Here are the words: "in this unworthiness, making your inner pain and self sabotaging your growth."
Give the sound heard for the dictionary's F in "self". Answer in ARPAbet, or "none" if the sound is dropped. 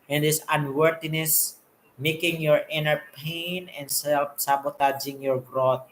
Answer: P